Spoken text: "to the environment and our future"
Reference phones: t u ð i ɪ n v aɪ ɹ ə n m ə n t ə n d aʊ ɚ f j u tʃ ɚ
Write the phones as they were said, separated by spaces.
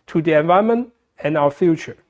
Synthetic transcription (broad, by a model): t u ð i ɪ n v aɪ ə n m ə n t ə n aʊ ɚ f j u tʃ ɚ